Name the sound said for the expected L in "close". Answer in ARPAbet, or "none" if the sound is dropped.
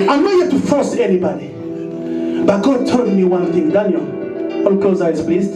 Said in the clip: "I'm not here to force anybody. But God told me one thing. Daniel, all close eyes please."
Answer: none